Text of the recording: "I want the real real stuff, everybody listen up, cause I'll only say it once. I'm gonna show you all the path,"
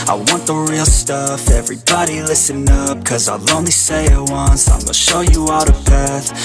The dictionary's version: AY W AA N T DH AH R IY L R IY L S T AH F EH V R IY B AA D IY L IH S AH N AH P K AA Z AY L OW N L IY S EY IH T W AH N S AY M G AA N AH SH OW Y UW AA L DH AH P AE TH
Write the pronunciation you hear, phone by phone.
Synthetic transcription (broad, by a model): AY W AA N DH AH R R IY L S T AH F EH V R IY B AA D IY L IH S AH N AH P K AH Z AY L OW N L IY S EY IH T W AH N S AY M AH SH OW Y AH AA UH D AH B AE TH